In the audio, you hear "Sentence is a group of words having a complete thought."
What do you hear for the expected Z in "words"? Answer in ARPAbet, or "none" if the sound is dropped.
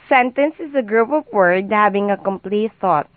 none